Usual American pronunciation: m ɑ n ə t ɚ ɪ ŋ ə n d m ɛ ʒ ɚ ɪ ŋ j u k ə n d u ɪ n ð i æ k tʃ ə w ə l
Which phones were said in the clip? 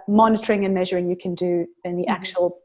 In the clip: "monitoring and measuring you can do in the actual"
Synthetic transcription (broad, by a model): m ɑ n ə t ɚ ɪ ŋ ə n m ɛ ʒ ɚ ɪ ŋ j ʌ k ə n d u ɪ n ð i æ k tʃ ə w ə l